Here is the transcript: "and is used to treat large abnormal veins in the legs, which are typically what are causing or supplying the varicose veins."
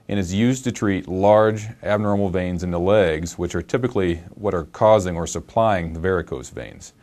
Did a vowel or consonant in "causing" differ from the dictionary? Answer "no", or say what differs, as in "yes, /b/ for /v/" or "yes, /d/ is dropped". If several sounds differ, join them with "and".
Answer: no